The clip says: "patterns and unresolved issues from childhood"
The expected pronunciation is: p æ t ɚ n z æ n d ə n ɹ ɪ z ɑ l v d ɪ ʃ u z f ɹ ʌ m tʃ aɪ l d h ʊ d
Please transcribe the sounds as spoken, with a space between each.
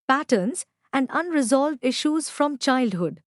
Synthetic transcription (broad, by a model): p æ t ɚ n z æ n d ə n ɹ ɪ z ɑ l v d ɪ ʃ u z f ɹ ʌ m tʃ aɪ l d h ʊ d